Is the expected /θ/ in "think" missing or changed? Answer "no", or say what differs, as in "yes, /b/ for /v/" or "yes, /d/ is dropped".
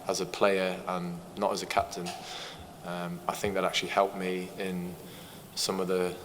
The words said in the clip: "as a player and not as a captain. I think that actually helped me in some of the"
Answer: no